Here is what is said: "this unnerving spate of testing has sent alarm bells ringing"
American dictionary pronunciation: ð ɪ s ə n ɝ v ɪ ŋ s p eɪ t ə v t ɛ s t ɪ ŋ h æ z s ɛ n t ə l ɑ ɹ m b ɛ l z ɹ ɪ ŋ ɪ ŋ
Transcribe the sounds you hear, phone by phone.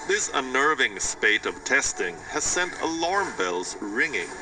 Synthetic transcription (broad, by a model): ð ɪ s ə n ɝ v ɪ ŋ s p eɪ t ə v t ɛ s t ɪ ŋ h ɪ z s ɛ n t ə l ɑ ɹ m b ɛ l z ɹ ɪ ŋ ɪ ŋ